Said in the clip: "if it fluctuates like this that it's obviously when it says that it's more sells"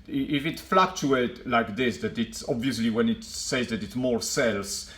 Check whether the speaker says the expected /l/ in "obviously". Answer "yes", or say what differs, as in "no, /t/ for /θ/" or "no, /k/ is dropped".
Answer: yes